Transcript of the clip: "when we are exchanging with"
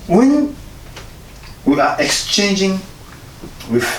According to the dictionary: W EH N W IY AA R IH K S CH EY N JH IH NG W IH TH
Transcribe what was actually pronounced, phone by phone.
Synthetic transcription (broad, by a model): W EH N W IY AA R IH K S CH EY N JH IH NG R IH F